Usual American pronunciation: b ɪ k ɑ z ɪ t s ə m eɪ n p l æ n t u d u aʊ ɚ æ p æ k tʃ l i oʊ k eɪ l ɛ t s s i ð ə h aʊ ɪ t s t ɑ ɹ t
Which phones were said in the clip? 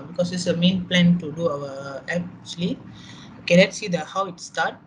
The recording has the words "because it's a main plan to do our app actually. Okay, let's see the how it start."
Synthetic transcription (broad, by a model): b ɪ k ɑ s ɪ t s ə m eɪ n p l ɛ n t u d u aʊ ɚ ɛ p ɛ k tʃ l i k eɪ n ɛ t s s i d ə h aʊ ɪ t s t ɑ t